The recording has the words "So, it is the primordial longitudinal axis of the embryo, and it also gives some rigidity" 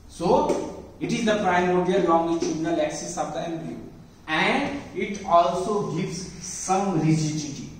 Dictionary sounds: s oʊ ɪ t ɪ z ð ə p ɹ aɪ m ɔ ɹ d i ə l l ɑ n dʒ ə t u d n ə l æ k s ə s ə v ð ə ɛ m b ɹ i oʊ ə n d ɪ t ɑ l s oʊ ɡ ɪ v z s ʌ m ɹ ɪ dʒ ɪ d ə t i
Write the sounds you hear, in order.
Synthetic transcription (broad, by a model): s oʊ ɪ t ɪ z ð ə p ɹ aɪ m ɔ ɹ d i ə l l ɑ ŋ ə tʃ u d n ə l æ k s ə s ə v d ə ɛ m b i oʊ ə n d ɪ t ɑ l s oʊ ɡ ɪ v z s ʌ m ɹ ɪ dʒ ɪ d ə t i